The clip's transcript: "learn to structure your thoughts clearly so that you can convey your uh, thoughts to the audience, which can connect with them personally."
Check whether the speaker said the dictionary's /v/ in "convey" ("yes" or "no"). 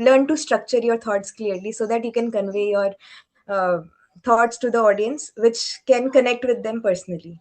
yes